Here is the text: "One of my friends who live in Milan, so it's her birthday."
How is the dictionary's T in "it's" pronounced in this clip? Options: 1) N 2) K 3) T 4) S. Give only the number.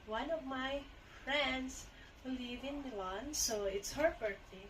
3